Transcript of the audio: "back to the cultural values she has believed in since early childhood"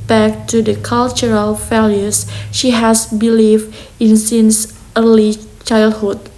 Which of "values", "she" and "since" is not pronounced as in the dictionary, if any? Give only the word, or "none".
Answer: values